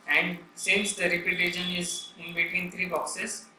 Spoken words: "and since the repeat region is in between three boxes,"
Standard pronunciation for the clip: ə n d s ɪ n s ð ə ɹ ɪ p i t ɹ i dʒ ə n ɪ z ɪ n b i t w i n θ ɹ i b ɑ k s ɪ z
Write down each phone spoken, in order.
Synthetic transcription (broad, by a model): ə n d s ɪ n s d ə ɹ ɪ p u t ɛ ʃ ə n ɪ z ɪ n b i t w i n t ɹ i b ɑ k s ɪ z